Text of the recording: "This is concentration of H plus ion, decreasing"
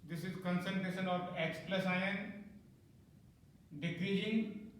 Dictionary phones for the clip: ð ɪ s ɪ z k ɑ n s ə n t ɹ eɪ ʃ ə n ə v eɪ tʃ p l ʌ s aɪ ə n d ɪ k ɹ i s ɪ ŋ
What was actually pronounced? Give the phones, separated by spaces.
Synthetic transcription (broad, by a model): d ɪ s ɪ z k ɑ n s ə n t ɹ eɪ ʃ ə n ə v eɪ s p l ʌ s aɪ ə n d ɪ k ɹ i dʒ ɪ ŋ